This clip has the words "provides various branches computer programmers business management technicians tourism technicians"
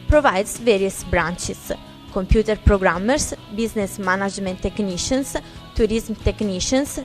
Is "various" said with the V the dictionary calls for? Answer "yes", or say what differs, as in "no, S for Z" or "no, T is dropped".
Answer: yes